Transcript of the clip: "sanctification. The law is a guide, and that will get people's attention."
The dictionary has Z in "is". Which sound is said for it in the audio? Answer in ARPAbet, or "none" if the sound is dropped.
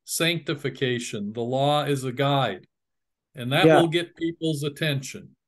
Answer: Z